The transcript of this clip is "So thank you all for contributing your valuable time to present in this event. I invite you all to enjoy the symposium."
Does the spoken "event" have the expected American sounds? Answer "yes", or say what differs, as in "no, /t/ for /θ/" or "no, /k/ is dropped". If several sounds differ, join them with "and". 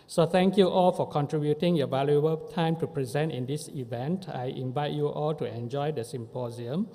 yes